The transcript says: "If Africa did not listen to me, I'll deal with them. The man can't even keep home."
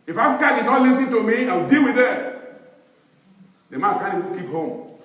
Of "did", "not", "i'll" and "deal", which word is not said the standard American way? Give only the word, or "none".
i'll